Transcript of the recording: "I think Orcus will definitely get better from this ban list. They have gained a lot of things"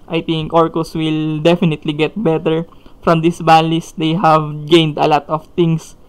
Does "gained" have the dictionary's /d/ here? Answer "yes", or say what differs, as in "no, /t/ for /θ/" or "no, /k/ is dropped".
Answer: yes